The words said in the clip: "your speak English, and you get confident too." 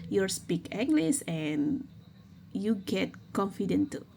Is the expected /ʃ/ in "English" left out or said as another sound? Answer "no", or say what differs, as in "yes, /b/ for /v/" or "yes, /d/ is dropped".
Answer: yes, /s/ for /ʃ/